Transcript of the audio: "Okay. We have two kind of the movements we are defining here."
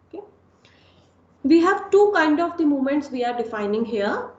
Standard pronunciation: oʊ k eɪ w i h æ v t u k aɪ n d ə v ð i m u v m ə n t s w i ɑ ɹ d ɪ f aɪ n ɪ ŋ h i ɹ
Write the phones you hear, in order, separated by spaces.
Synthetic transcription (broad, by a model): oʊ k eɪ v i h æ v t u k aɪ n d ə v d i m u m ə n t s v i ɑ ɹ d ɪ f aɪ n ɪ ŋ h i ɹ